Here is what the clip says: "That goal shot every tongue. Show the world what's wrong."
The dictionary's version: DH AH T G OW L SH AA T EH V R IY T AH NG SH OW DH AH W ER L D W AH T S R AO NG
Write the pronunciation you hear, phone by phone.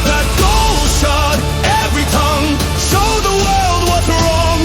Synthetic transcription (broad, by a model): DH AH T G OW L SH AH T EH V R IY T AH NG S OW DH AH W ER L D W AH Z R AO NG